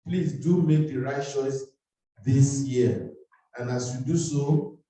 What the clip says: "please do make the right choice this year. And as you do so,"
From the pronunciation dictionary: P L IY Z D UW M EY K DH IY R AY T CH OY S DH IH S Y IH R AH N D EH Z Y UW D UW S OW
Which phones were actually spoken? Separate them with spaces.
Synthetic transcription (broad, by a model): P L IY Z D UW M EY K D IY R AY T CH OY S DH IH S Y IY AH N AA S Y UW D UW S OW